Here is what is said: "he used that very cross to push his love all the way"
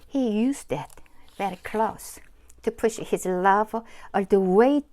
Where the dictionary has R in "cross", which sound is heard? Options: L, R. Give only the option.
L